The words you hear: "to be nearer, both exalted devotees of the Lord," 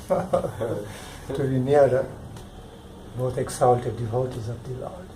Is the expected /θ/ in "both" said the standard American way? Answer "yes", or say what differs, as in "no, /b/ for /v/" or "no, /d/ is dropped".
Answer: no, /t/ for /θ/